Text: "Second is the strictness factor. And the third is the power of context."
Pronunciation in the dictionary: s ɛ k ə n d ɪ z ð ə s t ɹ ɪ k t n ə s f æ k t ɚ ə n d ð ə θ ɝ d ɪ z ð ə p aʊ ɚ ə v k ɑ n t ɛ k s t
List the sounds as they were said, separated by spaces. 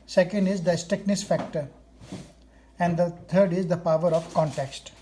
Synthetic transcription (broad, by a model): s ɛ k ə n d ɪ z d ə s t ɪ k n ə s f æ k t ɚ ə n d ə t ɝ d ɪ z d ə p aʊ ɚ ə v k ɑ n t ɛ k s t